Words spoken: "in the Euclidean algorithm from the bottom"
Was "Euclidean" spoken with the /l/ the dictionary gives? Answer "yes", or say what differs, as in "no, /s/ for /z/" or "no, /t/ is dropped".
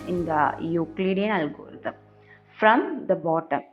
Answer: yes